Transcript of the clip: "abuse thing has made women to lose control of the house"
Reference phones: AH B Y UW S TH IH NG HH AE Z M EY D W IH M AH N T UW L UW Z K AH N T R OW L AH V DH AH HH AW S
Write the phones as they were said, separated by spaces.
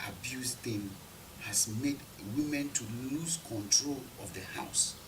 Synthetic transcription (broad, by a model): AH B Y UW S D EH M HH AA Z M EY D W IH M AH N T UW L UW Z K AH N T R OW L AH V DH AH HH AW S